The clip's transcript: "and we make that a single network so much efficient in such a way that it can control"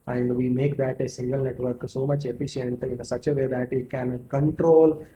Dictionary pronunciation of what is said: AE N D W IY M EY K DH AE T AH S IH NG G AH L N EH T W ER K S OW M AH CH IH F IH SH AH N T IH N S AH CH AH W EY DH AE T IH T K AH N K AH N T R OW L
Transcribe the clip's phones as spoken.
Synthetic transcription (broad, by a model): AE N D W IY M EY K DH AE T AH S IH NG G AH L N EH T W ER K S OW M AH CH IH F IH SH AH N T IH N S AH CH AH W EY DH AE T IH T K AH N K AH N T R OW L